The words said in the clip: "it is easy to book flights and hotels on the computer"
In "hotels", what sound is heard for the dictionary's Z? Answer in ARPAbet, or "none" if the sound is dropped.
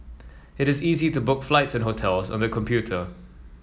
Z